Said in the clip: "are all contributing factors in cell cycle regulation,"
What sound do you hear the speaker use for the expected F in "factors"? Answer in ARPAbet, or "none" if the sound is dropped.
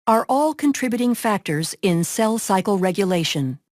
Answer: F